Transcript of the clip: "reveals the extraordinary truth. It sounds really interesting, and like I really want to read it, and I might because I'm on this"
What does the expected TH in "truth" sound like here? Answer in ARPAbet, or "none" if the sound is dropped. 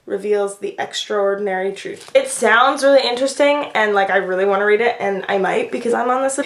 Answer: TH